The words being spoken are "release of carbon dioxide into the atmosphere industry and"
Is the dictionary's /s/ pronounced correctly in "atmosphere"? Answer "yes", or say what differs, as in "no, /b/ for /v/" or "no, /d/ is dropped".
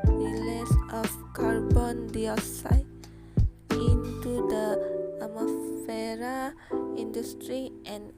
no, /s/ is dropped